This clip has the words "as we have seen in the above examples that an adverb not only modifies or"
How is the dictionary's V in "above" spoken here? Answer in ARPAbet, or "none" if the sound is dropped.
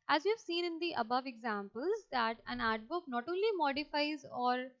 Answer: V